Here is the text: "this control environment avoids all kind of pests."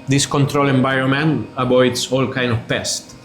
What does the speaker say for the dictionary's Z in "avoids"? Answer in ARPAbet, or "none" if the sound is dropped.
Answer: S